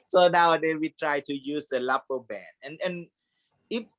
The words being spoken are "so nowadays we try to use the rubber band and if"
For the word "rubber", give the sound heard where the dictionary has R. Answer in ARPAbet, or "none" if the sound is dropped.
L